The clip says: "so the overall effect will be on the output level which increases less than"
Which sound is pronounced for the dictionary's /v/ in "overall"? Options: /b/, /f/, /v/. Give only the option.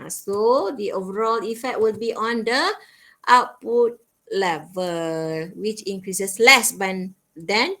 /v/